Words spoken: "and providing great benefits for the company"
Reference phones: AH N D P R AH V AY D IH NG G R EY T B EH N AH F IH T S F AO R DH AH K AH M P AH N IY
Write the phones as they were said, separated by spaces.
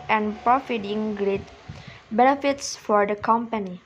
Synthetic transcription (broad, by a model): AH N P R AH F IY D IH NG G R EY T B EH N AH F IH T S F AO R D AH K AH M P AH N IY